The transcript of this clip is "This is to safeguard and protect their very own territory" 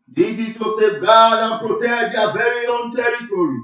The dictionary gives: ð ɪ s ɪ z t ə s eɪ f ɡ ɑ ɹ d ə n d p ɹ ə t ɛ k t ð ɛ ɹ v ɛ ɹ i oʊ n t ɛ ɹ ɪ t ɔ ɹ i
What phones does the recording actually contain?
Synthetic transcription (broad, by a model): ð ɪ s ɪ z t ə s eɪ ɡ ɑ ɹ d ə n p ɹ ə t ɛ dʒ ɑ v ɛ ɹ i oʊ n t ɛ ɹ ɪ t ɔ ɹ i